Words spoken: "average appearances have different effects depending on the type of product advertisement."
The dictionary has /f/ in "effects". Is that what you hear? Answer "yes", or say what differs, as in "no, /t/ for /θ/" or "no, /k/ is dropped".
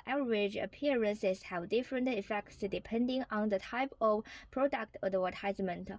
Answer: yes